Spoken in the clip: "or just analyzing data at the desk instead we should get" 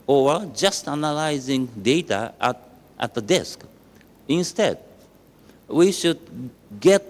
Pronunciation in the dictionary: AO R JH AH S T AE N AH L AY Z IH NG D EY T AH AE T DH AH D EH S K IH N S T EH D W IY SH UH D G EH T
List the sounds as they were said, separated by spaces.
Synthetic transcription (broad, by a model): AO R JH AH S T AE N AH L AY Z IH NG D EY T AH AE T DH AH D EH S K IH N S T EH D W IY SH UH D G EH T